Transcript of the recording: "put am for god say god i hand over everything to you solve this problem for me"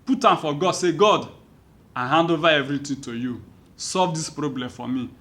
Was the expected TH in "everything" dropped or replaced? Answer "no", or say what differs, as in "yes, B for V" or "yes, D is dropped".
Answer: yes, T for TH